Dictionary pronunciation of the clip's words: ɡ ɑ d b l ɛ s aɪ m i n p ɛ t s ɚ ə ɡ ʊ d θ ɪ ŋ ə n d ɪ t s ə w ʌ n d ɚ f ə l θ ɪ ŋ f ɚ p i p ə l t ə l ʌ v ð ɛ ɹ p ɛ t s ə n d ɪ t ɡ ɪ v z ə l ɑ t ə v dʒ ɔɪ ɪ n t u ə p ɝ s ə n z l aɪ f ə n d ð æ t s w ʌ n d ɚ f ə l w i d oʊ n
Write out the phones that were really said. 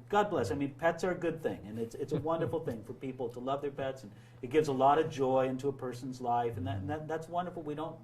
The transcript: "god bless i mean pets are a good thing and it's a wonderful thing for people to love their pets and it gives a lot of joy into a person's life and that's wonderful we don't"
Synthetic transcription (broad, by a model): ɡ ɑ d b l ɛ s aɪ m i n p ɛ t s ɚ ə ɡ ʊ d θ ɪ ŋ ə n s ɪ t s ə w ʌ n d ɚ f l θ ɪ ŋ f ɚ p i p l t ə l ʌ v ð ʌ ɹ p ɛ t s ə n ɪ t ɡ ɪ v z ə l ɑ t ə v dʒ ɔɪ ɪ n t u ə p ɝ s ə n z l aɪ f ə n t ð æ t s w ʌ n d ɚ f l w i d oʊ n